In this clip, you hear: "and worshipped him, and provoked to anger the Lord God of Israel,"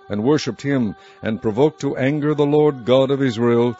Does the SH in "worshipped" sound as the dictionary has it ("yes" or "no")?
yes